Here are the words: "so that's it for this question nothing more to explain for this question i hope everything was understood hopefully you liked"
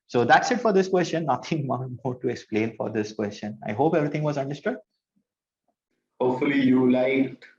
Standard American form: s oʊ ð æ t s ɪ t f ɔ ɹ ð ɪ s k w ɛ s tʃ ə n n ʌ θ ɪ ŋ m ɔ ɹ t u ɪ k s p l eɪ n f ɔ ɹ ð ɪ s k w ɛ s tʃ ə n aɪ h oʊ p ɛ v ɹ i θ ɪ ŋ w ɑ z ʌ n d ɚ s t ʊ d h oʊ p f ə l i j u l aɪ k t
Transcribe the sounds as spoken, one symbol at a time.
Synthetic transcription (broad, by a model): s oʊ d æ t s ɪ t f ɔ ɹ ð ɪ s k w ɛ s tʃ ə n n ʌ t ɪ ŋ m ɔ ɹ t u ɪ k s p l eɪ n f ɔ ɹ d ɪ s k w ɛ s tʃ ə n aɪ h oʊ p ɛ v ɹ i t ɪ ŋ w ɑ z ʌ n d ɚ s t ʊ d h oʊ p f ə l i j u l aɪ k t